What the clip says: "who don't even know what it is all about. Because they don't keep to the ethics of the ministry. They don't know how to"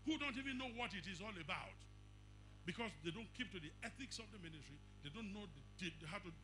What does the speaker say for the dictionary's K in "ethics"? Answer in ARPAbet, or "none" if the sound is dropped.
K